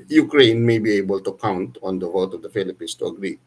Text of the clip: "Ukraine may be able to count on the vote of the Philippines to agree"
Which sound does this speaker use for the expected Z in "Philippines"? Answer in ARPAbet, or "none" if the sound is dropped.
S